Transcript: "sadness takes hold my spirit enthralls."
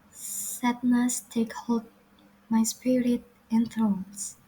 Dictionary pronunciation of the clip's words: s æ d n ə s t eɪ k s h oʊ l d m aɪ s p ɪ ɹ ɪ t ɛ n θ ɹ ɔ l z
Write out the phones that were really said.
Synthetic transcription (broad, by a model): s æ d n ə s t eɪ k h oʊ l d m aɪ s p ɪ ɹ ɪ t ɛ n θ ɹ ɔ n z